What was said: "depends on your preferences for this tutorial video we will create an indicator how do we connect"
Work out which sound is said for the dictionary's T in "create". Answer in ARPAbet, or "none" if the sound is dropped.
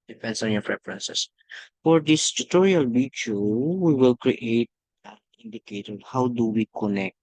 none